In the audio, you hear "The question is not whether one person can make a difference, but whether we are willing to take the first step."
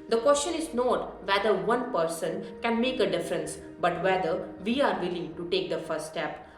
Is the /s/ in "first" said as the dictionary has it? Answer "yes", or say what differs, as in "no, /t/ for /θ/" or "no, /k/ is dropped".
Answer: no, /s/ is dropped